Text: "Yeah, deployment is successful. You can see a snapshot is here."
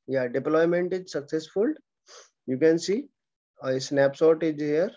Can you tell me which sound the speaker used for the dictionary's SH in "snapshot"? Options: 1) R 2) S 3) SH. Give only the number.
2